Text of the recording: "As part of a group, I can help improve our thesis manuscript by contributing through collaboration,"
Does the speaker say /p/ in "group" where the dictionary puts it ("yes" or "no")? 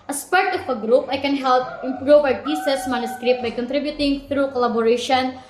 yes